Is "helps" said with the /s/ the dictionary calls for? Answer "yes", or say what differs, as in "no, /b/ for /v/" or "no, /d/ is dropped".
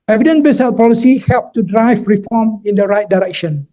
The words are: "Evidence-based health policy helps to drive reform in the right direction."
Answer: no, /s/ is dropped